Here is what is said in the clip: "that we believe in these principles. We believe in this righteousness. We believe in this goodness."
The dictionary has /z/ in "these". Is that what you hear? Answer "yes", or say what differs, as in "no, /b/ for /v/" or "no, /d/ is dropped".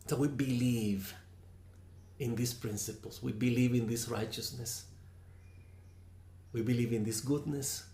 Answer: no, /s/ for /z/